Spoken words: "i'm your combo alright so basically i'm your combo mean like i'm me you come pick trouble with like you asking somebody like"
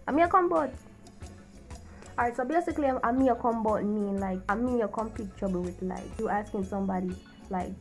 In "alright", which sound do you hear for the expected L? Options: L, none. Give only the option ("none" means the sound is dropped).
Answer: none